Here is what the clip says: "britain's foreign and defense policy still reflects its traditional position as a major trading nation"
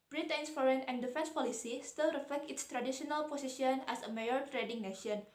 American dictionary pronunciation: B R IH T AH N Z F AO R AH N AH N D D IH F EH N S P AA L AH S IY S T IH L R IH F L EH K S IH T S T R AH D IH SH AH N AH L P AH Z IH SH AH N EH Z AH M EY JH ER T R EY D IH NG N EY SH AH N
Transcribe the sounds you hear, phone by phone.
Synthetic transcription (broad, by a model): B R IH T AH N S F AO R AH N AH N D D IH F EH N S P AA L AH S IY S T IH L R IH F L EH K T IH T S T R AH D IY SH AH N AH L P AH S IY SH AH N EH S AH M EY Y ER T R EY D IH NG N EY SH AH N